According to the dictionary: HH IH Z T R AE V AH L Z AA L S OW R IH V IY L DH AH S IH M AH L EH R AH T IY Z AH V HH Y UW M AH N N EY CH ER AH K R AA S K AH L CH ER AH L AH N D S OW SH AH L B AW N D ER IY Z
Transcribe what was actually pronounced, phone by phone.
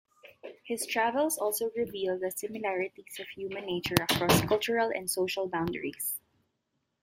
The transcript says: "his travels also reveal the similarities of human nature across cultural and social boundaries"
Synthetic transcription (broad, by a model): HH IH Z T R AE V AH L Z AA L S OW R IH V IY L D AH S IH M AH L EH R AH T IY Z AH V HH Y UW M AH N N EY CH ER AH K R AA S K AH L CH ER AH L AH N D S OW SH AH L B AW N D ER IY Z